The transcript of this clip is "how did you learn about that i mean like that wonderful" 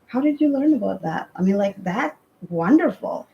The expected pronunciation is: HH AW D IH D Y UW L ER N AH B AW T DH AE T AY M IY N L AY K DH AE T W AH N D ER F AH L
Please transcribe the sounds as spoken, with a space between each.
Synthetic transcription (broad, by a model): HH AW D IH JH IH L ER N AH B AW T DH AE T AY M IY N L AY K DH AE T W AH N D ER F L